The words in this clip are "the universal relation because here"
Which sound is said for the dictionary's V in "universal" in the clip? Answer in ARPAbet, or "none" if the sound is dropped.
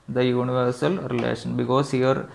V